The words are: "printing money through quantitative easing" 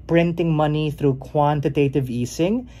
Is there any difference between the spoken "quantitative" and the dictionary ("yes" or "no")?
no